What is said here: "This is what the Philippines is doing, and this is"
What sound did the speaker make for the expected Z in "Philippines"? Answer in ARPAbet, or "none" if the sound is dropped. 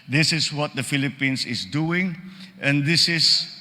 S